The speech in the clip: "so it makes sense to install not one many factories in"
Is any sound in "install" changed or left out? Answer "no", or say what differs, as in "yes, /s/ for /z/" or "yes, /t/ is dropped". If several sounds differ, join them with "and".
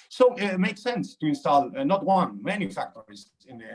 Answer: no